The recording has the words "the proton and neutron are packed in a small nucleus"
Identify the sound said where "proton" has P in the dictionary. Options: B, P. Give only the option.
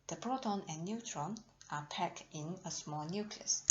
B